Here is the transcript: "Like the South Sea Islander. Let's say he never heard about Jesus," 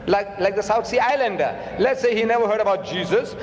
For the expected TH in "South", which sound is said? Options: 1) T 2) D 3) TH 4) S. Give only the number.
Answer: 1